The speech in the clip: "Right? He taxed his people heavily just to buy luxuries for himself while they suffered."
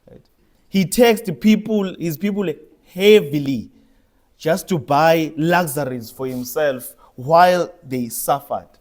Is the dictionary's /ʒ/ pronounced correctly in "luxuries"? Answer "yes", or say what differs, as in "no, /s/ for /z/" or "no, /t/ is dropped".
no, /z/ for /ʒ/